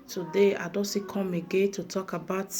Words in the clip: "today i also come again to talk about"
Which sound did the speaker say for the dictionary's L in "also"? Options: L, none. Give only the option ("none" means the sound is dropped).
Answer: none